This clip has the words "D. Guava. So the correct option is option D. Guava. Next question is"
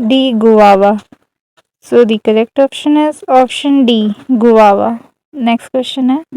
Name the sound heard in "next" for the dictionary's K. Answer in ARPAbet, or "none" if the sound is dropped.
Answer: K